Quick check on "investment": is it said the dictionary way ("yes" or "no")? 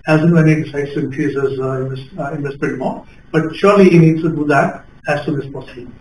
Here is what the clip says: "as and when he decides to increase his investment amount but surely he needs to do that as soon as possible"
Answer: no